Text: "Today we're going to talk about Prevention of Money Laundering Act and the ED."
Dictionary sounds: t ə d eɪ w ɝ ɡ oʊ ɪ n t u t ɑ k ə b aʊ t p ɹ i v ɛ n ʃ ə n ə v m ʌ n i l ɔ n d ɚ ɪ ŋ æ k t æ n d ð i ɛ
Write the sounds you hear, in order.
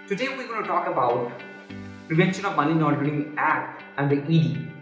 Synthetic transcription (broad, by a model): t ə d eɪ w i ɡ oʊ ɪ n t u t ɑ k ə b aʊ t p ɹ i v ɛ n ʃ ə n ə v m ʌ n i n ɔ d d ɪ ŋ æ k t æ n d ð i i